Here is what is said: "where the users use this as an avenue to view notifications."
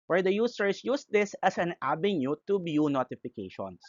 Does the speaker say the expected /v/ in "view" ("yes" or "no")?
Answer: no